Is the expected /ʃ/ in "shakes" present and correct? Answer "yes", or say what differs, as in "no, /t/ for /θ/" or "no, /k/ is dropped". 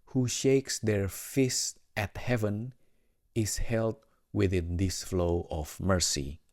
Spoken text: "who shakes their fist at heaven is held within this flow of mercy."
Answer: yes